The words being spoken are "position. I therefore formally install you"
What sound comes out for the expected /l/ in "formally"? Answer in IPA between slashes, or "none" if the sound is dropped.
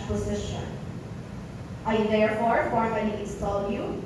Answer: /n/